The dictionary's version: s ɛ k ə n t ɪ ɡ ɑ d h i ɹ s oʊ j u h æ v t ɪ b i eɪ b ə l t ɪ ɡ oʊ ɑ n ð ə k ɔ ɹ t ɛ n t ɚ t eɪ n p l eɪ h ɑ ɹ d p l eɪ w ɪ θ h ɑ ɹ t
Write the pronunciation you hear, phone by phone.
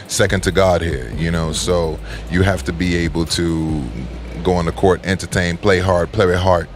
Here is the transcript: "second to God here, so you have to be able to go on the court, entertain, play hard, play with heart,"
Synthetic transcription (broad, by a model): s ɛ k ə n t ɪ ɡ ɑ d h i ɹ s oʊ j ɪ h æ f t ɪ b i eɪ b l t ɪ ɡ oʊ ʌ n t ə k ɔ ɹ t ɛ n t ɚ t eɪ n p l eɪ h ɑ ɹ d p l eɪ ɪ h ɑ ɹ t